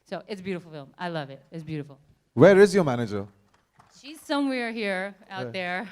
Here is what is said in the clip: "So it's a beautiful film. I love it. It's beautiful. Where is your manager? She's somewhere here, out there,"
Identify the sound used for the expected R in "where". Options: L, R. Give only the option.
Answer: R